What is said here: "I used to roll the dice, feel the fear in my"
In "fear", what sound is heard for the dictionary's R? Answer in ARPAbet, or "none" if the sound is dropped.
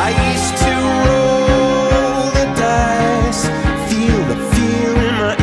L